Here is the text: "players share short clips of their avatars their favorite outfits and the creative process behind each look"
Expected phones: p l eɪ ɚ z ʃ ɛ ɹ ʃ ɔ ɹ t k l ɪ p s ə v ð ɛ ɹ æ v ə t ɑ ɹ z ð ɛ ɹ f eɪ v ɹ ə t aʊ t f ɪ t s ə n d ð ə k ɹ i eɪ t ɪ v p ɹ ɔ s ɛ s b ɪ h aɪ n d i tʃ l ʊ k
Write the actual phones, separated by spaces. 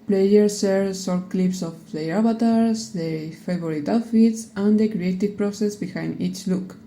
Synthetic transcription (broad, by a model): p l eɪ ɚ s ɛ ɹ s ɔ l k l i p s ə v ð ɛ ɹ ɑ b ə t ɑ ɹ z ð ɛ f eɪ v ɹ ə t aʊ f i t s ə n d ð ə k ɹ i eɪ t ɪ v p ɹ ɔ s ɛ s b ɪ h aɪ n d i tʃ l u k